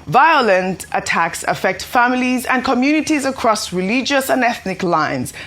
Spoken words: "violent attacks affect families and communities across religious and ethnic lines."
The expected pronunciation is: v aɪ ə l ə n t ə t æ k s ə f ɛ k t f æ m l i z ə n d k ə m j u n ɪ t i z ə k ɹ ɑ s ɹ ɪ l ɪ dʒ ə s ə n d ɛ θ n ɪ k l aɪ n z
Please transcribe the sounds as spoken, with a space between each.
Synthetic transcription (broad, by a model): v aɪ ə l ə n t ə t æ k s ə f ɛ k t f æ m l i z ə n k ə m j u n ɪ t i z ə k ɹ ɑ s ɹ ɪ l ɪ dʒ ə s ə n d ɛ θ n ɪ k l aɪ n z